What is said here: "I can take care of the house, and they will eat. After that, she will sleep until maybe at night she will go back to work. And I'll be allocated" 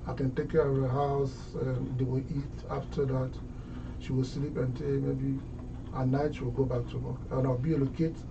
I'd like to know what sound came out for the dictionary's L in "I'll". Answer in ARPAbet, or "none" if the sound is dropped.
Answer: W